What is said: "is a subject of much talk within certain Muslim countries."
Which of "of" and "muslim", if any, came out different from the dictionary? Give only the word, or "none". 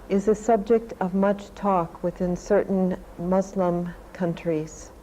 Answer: none